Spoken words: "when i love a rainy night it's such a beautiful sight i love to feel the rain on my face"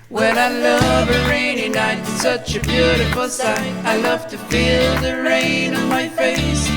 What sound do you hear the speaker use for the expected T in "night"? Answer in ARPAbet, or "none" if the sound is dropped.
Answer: none